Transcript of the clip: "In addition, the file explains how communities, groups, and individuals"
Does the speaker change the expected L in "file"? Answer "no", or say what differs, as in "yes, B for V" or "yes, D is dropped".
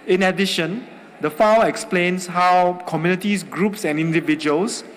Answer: yes, W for L